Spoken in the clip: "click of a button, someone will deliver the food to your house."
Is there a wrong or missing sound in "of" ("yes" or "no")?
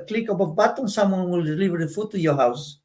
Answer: yes